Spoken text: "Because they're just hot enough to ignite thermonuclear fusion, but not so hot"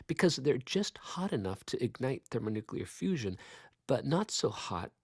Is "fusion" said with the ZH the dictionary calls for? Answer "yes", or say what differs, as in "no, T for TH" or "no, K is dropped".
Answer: yes